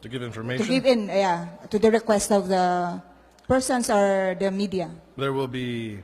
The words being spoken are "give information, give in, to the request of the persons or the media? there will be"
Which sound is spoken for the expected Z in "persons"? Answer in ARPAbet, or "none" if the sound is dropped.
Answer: S